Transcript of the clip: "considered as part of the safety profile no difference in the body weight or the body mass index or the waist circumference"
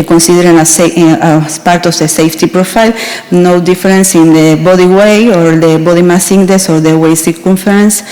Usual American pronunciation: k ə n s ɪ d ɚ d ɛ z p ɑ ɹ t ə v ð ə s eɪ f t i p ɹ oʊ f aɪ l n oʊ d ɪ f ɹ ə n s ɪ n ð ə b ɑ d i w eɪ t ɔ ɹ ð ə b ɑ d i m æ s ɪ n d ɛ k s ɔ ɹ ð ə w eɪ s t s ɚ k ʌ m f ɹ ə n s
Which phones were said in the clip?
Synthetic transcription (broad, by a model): k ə n s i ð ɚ d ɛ s p ɑ ɹ t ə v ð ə s eɪ f t i p ɹ oʊ f aɪ l n oʊ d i f ɹ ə n s ɪ n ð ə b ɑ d i w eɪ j ɔ ɹ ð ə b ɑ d i m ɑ s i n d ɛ s ɔ ɹ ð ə w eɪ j s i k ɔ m f ɹ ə n s